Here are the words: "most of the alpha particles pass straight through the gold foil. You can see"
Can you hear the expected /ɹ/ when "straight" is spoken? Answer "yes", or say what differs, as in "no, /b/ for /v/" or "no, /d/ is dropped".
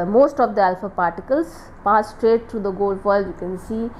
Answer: yes